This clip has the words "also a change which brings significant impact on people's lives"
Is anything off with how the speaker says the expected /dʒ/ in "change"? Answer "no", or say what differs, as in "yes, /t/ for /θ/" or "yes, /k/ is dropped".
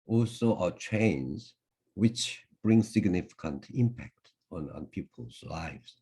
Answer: yes, /z/ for /dʒ/